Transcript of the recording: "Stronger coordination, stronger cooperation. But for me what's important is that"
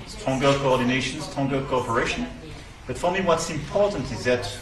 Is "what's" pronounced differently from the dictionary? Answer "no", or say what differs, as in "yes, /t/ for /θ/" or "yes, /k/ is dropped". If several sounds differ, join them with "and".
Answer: no